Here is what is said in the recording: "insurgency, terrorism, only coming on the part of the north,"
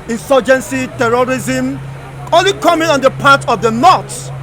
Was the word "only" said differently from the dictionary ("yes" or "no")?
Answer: yes